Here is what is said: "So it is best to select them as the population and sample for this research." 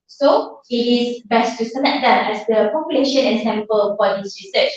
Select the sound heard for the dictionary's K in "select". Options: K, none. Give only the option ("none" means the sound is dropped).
none